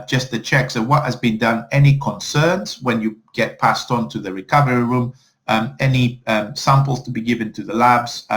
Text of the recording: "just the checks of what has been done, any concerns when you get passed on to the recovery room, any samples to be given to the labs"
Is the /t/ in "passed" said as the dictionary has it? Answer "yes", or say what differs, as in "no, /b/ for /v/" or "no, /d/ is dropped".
yes